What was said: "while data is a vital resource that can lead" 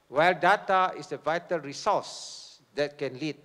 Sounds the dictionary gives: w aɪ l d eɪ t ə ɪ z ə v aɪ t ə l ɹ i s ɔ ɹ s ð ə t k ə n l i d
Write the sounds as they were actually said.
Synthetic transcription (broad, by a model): w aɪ l d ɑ t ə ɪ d ə v aɪ t ə l ɹ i s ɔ s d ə t k ə n l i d